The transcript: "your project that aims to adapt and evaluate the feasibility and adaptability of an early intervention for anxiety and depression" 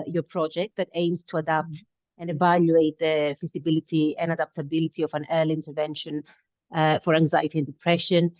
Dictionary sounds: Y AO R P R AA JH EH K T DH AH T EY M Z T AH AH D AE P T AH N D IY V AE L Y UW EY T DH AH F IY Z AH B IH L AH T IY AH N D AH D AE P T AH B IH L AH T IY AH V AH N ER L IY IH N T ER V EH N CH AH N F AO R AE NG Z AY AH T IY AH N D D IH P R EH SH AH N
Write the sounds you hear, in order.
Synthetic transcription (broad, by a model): Y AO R P R AA JH EH K T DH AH T EY M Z T AH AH D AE P T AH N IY V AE L Y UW EY T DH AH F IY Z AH B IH L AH T IY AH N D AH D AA P T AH B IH L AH T IY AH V AH N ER L IY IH N T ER V EH N SH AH N F AO R AE NG Z AY AH T IY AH N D D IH P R EH SH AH N